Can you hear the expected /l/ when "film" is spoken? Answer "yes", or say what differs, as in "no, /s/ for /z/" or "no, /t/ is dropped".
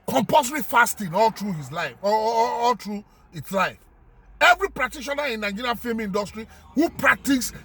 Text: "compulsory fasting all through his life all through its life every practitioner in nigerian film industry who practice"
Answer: no, /l/ is dropped